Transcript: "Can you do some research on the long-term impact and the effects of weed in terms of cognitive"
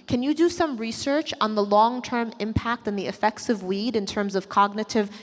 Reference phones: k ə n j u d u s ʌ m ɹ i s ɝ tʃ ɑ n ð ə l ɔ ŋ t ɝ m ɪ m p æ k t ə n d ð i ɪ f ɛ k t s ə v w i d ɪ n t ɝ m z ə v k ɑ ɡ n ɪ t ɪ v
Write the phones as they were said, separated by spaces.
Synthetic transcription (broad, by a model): k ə n j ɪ d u s ʌ m ɹ i s ɝ tʃ n ð ə l ɔ ŋ t ɝ m ɪ m p æ k t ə n ð i ɪ f ɛ k t s ə v w i d ɪ n t ɝ m z ə v k ɑ ɡ n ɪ t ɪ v